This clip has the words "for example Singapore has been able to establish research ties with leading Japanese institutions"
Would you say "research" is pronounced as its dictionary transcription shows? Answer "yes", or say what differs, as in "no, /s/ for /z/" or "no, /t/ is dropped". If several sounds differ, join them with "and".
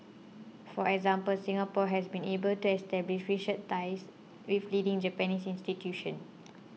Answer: no, /ʃ/ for /s/